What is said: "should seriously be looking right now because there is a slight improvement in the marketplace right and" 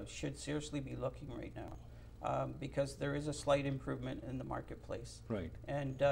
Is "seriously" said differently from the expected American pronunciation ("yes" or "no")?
no